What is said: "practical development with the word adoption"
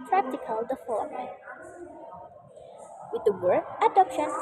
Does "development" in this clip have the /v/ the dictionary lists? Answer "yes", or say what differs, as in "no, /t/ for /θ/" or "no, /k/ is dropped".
no, /f/ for /v/